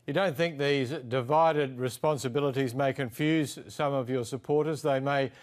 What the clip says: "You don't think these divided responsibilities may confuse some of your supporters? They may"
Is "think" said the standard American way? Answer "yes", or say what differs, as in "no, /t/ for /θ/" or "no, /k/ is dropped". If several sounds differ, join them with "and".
yes